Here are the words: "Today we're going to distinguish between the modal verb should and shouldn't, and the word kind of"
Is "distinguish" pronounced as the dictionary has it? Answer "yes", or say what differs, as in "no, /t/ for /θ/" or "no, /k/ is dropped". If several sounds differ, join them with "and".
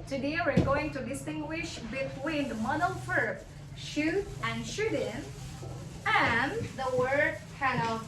yes